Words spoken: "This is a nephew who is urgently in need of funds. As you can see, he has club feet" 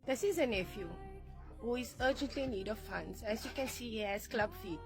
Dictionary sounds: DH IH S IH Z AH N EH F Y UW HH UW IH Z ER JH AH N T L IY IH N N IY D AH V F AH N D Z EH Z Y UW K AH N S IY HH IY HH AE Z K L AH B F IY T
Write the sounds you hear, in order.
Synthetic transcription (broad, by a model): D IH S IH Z AH N EH F Y UW HH UW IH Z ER JH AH N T L IY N N IY D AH F F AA N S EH S Y UW K AH N S IY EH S K L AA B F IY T